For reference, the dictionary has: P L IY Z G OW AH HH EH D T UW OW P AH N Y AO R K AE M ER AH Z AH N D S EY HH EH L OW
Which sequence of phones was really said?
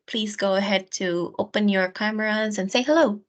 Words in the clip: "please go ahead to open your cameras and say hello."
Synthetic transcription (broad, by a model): P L IY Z G OW AH HH EH D T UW OW P AH N Y AO R K AE M ER AH Z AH N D S EY HH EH L OW